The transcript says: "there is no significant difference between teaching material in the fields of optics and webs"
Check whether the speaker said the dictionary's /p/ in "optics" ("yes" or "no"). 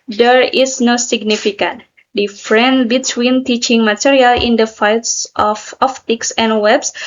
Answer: no